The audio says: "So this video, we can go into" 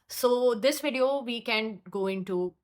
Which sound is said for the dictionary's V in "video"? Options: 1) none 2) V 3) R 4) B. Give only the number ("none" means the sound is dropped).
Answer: 2